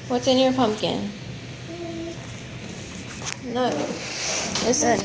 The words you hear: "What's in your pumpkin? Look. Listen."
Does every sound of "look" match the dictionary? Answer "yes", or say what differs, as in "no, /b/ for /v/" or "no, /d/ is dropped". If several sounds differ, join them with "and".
no, /n/ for /l/